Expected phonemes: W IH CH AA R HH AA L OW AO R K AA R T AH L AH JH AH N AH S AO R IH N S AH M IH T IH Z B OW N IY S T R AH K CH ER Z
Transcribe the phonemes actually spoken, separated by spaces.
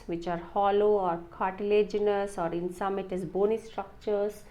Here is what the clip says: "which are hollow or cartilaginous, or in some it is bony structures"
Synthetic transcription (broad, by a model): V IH CH AA R HH AA L OW AO R K AA R T AH L AH JH AH N AH S AO R IH N S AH M IH T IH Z B OW N IY S T R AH K CH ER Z